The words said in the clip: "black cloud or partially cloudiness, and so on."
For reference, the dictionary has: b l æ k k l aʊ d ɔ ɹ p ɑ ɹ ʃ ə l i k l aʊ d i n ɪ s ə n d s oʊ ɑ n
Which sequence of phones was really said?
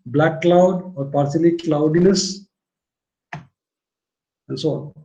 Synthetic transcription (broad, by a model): b l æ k k l aʊ d ɔ ɹ p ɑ ɹ s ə l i k l aʊ d i n ɪ s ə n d s oʊ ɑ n